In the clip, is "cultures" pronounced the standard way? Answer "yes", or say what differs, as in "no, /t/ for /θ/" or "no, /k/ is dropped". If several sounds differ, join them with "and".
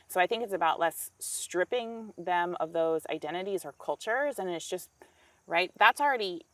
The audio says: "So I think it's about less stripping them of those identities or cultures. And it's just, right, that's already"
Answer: yes